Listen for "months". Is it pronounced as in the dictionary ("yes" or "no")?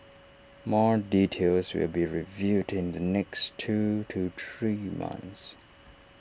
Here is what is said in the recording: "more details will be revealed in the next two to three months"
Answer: yes